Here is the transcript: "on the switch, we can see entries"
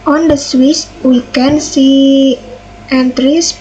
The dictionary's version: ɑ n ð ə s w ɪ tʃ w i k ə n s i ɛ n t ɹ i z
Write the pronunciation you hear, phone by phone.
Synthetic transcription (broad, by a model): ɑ n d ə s w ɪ s w i k ə n s i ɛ n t ɹ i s